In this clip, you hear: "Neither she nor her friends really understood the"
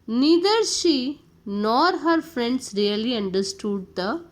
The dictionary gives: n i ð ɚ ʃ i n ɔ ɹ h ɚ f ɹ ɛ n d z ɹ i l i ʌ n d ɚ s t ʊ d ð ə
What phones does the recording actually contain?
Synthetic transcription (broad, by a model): n i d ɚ ʃ i n ɔ ɹ h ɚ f ɹ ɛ n d s ɹ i l i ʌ n d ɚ s t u d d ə